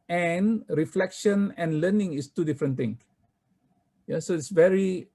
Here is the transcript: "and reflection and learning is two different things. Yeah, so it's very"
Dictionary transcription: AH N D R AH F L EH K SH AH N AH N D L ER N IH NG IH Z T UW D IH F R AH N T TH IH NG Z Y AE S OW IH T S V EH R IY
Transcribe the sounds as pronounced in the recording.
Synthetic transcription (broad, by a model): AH N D R AH F L EH K SH AH N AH N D L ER N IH NG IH S T UW D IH F R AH N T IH NG Y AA S OW IH T S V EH R IY